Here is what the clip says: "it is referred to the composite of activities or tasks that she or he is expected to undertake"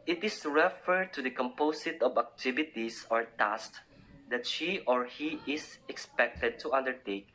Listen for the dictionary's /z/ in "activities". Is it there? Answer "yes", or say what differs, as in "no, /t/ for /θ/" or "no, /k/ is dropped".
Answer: no, /s/ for /z/